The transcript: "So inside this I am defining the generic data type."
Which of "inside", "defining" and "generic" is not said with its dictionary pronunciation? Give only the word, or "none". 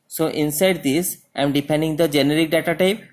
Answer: defining